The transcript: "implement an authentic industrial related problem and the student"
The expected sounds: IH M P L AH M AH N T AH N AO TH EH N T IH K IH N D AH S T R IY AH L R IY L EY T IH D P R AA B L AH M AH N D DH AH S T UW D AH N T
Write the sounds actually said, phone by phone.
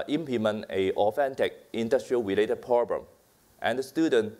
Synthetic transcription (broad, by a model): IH M P L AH M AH N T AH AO F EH N T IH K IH N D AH S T R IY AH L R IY L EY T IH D P R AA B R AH M AH N D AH S T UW D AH N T